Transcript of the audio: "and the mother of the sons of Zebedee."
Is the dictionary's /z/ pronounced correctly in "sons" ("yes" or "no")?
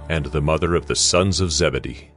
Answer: yes